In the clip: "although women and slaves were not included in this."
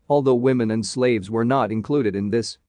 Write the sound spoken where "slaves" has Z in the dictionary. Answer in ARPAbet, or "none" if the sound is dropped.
Z